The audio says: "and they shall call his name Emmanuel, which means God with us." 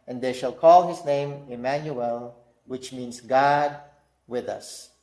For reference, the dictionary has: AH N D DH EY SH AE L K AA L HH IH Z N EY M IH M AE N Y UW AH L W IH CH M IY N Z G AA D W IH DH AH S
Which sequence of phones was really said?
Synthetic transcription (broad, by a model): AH N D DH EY SH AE L K AA L HH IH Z N EY M IH M AE N Y UW AH L W IH CH M IY N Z G AA D W IH DH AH S